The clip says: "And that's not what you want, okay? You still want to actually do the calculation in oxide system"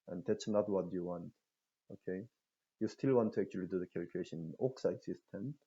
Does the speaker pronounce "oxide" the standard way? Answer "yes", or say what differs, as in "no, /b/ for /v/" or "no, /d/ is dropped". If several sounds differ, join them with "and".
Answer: yes